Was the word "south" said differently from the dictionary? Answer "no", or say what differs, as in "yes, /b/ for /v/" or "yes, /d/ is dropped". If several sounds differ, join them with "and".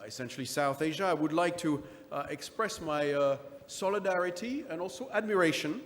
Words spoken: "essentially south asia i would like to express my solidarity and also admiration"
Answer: no